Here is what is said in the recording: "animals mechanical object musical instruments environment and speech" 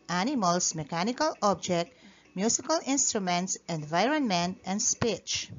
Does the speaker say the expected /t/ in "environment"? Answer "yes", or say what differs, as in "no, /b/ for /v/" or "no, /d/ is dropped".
yes